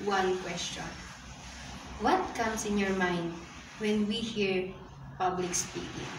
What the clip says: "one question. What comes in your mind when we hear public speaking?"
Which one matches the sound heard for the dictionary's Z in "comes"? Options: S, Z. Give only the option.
S